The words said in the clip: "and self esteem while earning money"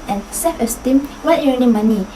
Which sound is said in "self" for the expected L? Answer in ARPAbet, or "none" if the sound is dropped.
none